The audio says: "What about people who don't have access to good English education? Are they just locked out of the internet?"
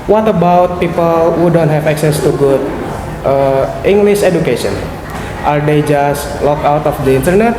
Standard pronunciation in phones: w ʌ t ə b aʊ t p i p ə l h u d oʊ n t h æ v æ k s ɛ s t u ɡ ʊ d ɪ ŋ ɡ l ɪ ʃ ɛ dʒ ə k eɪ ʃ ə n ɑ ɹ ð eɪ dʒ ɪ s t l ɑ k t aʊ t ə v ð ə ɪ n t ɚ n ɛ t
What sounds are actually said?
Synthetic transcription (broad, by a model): w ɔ t ə b aʊ t p i p ə l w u d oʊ n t h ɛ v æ k s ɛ s t u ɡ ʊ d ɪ ŋ ɡ l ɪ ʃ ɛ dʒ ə k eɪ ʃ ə n ɑ ɹ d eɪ dʒ ɪ s t l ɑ k aʊ t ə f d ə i n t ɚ n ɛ t